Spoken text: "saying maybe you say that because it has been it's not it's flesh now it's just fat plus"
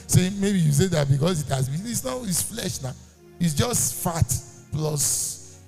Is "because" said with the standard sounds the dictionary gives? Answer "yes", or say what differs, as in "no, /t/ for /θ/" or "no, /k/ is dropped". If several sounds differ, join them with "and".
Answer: no, /s/ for /z/